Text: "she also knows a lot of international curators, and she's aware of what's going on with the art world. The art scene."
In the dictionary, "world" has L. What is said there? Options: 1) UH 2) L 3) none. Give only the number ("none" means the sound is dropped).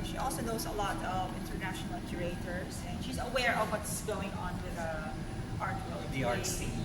3